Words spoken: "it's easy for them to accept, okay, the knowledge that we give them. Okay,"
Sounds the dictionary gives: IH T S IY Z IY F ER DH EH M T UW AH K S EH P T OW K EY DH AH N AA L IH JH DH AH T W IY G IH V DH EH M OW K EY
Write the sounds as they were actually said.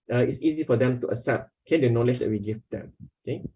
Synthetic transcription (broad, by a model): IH T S IY Z IY F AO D EH M T UW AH S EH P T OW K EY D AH N AA L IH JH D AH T W IY G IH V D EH M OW K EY